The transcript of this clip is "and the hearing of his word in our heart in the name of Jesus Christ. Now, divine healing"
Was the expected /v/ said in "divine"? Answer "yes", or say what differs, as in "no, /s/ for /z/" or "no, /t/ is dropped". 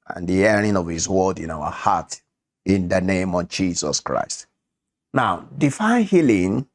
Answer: no, /f/ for /v/